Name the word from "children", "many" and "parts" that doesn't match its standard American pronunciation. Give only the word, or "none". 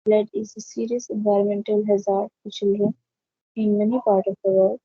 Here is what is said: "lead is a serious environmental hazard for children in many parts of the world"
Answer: parts